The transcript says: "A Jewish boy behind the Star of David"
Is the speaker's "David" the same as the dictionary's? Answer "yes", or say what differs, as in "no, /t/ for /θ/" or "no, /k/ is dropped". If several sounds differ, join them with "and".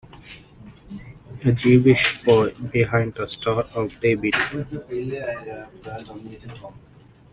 no, /b/ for /v/